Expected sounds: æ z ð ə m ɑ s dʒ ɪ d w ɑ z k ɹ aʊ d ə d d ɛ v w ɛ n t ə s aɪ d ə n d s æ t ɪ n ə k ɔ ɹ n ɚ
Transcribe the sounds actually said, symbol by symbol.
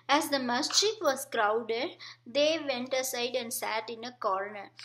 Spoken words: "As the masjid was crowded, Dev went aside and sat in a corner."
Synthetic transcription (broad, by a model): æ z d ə m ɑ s tʃ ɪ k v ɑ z k ɹ aʊ d ə d d ɛ v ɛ n t ə s aɪ d ə n d s æ t ɪ n ə k ɔ ɹ n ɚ